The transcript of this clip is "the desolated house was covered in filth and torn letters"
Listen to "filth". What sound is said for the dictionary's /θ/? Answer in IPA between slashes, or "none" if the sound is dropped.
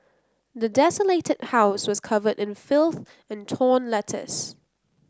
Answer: /θ/